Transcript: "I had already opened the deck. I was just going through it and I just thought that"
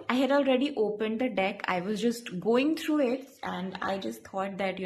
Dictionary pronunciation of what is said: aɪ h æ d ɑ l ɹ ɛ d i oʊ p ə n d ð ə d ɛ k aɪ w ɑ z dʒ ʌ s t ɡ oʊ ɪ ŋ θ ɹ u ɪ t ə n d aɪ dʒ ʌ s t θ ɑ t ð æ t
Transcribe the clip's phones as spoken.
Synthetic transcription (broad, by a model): aɪ h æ d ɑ l ɹ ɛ d i oʊ p ə n d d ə d ɛ k aɪ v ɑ z dʒ ʌ s t ɡ oʊ ɪ ŋ t ɹ u ɪ t ə n d aɪ dʒ ʌ s t t ɑ t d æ t